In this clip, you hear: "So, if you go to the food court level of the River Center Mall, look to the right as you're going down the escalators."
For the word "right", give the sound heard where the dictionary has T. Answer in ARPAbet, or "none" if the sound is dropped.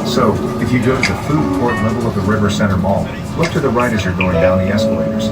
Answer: T